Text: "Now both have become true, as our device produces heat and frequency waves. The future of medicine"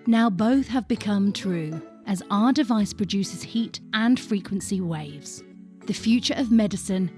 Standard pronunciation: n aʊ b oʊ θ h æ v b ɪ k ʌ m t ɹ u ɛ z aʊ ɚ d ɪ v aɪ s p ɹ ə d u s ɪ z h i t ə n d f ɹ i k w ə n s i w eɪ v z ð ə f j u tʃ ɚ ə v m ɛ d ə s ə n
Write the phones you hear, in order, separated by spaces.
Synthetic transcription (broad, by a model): n aʊ b oʊ θ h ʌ v b ɪ k ʌ m t ɹ u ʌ z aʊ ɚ d ɪ v aɪ s p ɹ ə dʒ u s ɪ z h i t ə n f ɹ i k w ə n s i w eɪ v z ð ə f j u tʃ ɚ ə v m ɛ d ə s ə n